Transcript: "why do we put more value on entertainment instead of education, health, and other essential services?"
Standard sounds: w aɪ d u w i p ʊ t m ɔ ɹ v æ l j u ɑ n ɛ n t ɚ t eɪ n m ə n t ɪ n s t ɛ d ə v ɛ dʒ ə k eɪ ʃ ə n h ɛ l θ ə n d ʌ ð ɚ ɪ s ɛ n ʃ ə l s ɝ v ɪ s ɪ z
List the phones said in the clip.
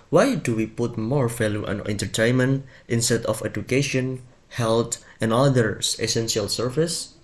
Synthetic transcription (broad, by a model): w aɪ d u w i p ʊ t m ɔ ɹ f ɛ l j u ɑ n ɛ n t ɚ t eɪ n m ə n t ɪ n s t ɛ d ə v ɛ dʒ ə k eɪ ʃ ə n h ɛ l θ ə n d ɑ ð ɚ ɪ s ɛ n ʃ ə l s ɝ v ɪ s